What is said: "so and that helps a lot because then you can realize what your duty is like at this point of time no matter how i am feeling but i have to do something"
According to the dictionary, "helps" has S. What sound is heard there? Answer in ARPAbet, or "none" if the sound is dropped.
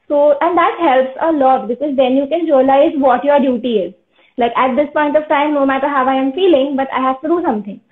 S